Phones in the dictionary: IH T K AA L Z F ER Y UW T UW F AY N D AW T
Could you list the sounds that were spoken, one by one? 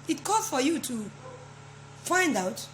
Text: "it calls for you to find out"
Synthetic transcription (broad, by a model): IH T K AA Z F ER Y UW T UW F AY N D AW T